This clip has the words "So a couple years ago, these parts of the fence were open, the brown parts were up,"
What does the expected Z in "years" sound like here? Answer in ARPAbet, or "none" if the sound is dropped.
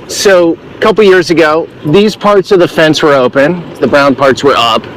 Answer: Z